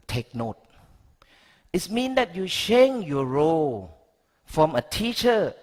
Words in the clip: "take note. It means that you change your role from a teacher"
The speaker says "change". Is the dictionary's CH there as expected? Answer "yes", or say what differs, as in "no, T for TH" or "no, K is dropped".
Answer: no, SH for CH